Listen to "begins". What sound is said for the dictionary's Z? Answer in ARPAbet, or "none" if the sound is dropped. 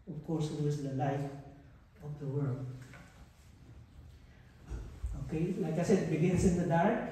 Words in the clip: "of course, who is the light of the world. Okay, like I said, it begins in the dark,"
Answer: S